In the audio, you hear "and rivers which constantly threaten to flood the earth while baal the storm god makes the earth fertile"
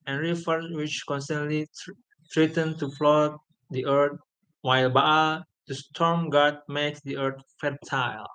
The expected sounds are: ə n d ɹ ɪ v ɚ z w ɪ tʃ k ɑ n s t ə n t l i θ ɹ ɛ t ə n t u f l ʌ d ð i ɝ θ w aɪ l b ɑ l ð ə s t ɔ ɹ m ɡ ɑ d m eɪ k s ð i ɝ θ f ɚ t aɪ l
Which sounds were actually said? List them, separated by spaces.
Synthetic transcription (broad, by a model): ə n ɹ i f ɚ s w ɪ tʃ k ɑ n s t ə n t l i t ɹ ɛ t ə n t u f l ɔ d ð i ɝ t w aɪ l b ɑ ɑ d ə s t ɔ ɹ m ɡ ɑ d m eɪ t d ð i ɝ t f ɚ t aɪ l